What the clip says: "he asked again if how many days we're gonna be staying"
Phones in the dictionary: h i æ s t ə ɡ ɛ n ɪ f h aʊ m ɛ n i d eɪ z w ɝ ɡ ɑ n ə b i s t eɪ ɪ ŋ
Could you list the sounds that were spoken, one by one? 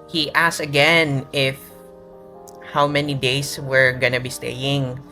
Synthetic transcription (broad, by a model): h i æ s ə ɡ ɛ n ɪ f h aʊ m ɛ n i d eɪ s w ɝ ɡ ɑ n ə b i s t eɪ ɪ ŋ